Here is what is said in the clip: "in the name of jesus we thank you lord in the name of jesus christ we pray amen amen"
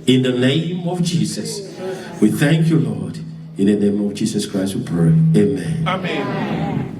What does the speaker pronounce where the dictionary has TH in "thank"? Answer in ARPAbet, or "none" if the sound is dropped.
TH